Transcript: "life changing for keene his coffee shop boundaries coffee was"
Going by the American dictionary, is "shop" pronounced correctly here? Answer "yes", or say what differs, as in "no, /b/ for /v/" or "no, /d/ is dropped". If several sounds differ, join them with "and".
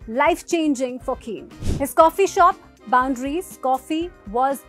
yes